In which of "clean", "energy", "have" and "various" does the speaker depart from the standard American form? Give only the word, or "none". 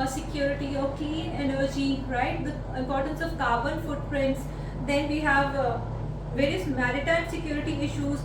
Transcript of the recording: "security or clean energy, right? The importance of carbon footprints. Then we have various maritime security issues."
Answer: clean